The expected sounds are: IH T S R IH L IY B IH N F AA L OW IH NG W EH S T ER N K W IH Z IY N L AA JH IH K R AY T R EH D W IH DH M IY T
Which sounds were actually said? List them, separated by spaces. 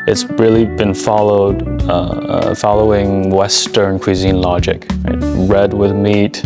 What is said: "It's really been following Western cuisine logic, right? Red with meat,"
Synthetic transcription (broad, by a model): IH T S R IH L IY B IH N F AA L OW IH NG W EH S T ER N K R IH Z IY N L AA JH IH K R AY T R EH D W IH DH M IY T